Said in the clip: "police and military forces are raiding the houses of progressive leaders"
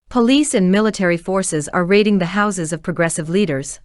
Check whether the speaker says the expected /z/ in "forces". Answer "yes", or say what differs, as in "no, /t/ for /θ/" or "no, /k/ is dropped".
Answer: yes